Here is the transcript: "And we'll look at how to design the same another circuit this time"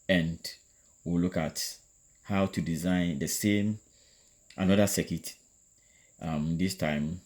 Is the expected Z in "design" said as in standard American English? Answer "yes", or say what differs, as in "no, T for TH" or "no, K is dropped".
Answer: yes